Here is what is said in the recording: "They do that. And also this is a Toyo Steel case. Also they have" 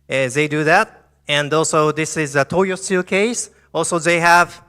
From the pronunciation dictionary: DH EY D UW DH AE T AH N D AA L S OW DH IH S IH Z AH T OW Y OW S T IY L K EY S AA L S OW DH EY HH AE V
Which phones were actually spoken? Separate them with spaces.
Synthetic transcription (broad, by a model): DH EY D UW DH AE T AH N D AA L S OW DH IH S IH Z AH T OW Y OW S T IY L K EY S AA L S OW DH EY HH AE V